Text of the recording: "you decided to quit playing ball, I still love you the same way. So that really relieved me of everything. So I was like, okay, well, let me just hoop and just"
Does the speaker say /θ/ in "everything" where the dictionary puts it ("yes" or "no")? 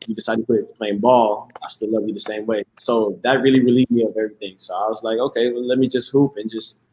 yes